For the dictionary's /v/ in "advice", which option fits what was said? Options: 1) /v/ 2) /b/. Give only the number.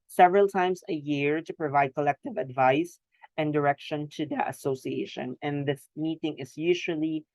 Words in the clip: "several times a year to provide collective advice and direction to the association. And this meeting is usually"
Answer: 1